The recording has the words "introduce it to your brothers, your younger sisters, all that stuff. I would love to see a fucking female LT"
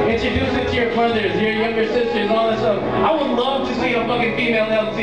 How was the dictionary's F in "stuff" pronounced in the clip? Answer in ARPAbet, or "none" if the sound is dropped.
none